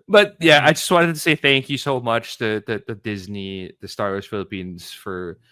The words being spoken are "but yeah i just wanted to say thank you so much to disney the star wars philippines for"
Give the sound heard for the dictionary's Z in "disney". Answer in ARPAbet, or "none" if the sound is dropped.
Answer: Z